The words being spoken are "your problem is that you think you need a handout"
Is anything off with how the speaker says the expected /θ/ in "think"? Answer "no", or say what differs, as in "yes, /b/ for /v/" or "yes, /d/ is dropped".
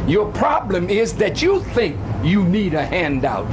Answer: no